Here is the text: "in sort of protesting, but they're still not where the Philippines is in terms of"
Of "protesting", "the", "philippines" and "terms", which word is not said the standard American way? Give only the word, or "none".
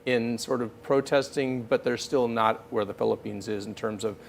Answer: none